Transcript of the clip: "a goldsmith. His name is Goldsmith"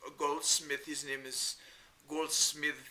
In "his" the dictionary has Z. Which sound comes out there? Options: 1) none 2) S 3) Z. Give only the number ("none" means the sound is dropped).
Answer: 3